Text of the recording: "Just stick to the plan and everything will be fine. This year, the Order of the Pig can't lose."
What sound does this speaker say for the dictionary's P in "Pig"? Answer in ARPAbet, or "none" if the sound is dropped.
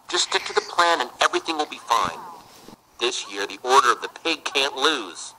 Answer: P